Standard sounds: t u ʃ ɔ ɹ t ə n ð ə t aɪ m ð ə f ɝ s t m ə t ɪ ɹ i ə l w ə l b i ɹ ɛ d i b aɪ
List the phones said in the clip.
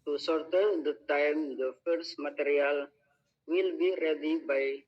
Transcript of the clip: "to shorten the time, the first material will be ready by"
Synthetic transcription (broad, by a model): t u s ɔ ɹ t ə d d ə t aɪ m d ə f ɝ s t m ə t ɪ ɹ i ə l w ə l b i ɹ ɛ d i b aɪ